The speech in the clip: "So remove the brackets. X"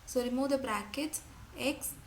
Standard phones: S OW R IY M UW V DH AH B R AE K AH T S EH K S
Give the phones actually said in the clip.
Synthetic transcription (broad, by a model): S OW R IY M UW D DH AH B R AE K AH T EH K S